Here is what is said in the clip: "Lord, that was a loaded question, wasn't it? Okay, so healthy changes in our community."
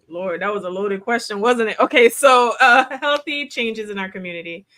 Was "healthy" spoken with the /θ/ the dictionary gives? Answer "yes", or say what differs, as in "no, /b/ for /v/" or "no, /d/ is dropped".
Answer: yes